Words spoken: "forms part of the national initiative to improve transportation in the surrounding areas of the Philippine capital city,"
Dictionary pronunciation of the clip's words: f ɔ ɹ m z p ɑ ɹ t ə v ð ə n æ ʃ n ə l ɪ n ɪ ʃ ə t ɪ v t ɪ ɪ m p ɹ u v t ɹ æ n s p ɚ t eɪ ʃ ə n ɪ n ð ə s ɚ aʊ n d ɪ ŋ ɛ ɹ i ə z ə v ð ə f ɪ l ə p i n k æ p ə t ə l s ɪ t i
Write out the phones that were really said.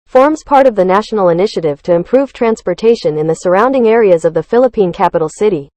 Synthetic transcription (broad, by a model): f ɔ ɹ m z p ɑ ɹ t ə v ð ə n æ ʃ n l ɪ n ɪ ʃ ə t ɪ v t ɪ ɪ m p ɹ u v t ɹ æ n s p ɚ t eɪ ʃ ə n ɪ n ð ə s ɚ aʊ n d ɪ ŋ ɛ ɹ i ə z ə v ð ə f ɪ l ə p i n k æ p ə t l s ɪ t i